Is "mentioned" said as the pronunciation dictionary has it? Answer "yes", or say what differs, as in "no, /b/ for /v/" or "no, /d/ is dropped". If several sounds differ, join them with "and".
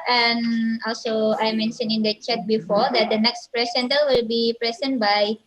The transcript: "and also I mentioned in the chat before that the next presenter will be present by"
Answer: no, /d/ is dropped